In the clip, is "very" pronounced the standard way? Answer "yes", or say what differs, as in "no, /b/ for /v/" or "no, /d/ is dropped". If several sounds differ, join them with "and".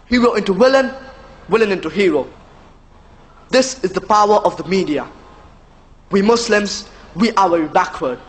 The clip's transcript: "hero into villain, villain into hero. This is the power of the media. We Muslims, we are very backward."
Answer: no, /w/ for /ɹ/